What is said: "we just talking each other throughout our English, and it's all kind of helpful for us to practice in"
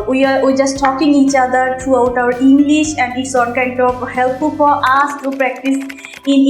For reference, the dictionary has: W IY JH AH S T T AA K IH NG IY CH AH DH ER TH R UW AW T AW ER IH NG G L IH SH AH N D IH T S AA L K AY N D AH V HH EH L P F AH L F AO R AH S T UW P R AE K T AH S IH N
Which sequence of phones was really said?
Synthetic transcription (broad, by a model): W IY JH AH S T T AA K IH NG IY CH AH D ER T R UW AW T AW ER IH NG G L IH SH AH N D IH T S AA N K AY N D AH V HH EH L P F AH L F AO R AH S T UW P R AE K T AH S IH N